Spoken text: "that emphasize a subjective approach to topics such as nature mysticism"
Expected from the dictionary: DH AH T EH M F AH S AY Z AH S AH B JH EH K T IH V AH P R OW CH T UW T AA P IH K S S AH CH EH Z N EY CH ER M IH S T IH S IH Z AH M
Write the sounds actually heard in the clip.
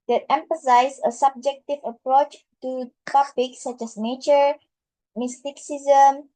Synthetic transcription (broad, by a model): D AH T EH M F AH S AY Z AH S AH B JH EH K T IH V AH P R OW CH T UW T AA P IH K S S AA CH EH S N EY CH ER M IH S T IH S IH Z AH M